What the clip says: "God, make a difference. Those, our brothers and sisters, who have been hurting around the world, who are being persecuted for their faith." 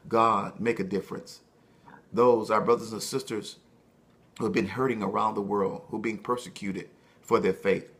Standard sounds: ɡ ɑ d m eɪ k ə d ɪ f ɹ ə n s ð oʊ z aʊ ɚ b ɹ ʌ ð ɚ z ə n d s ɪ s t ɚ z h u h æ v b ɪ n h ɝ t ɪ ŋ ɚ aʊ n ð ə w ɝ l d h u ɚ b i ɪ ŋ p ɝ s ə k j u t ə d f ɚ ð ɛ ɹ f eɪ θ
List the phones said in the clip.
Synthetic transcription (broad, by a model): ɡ ɑ d m eɪ k ə d ɪ f ɹ ə n s ð oʊ z aʊ ɚ b ɹ ʌ ð ɚ z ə n s ɪ s t ɚ z h u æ v b ɪ n h ɝ t ɪ ŋ ɚ aʊ n ð ə w ɝ l d h u b i ɪ ŋ p ɝ s ə k j u t ə d f ɚ ð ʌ ɹ f eɪ θ